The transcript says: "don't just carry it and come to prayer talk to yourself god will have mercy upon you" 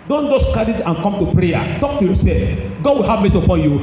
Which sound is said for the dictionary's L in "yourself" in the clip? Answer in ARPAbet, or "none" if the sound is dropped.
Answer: none